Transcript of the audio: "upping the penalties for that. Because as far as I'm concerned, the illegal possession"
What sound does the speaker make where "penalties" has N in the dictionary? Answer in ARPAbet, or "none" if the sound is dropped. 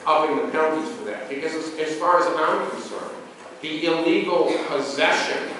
none